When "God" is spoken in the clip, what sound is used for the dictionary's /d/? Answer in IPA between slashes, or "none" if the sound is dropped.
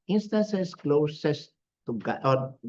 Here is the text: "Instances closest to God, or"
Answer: none